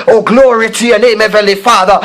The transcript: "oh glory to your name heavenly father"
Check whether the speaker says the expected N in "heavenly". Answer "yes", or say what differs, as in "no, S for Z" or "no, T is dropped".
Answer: no, N is dropped